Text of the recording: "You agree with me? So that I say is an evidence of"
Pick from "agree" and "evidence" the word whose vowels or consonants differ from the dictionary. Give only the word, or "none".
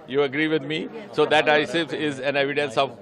none